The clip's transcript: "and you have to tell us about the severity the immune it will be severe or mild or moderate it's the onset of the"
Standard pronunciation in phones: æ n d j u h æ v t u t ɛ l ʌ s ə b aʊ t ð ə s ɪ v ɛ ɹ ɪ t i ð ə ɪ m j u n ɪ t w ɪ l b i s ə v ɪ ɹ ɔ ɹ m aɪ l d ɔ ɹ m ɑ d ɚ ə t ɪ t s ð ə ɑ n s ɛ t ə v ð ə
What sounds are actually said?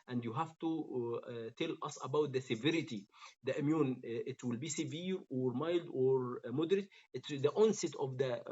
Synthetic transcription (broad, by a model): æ n d j u h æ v t u t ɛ l ʌ s ə b aʊ t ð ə s ɪ v ɛ ɹ ɪ t i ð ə ɪ m j u n ɪ t w ɪ l b i s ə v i ɹ ɔ ɹ m aɪ l d ɔ ɹ m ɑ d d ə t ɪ t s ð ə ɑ n s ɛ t ə v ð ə